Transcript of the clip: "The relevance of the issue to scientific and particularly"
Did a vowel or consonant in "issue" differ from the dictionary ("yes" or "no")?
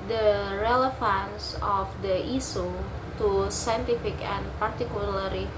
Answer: yes